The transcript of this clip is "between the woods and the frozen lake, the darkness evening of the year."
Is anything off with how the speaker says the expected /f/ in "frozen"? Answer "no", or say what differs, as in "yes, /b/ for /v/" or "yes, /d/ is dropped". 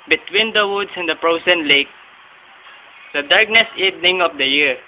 yes, /p/ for /f/